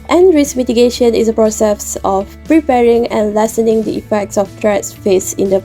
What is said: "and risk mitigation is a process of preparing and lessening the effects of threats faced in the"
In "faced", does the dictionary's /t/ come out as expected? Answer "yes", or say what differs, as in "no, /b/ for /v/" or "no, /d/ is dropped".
no, /t/ is dropped